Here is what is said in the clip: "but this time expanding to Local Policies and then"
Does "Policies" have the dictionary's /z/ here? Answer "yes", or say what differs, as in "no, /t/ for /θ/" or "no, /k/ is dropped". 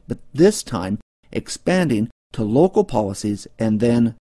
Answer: yes